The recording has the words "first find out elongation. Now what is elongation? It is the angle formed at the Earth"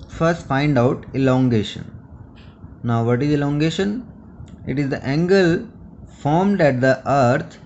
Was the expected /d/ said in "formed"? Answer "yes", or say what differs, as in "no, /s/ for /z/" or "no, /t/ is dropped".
yes